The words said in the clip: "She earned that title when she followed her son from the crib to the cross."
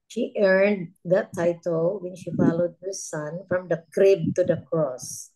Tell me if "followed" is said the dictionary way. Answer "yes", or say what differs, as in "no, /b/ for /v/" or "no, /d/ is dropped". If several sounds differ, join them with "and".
yes